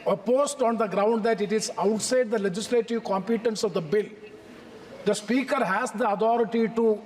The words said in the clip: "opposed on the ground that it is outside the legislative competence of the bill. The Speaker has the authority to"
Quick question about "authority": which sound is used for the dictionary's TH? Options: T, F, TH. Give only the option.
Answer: T